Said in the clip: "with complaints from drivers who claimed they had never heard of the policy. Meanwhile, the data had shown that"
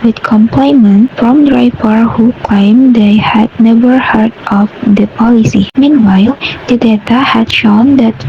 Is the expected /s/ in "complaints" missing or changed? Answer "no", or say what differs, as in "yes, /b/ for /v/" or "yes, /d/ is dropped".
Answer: yes, /s/ is dropped